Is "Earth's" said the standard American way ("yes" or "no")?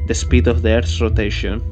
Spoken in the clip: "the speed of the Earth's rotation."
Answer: no